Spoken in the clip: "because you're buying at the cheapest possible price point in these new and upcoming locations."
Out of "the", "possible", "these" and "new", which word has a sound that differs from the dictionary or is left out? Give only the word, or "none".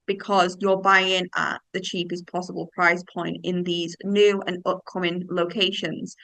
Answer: none